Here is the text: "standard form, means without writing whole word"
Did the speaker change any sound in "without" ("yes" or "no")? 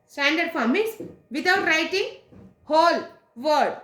yes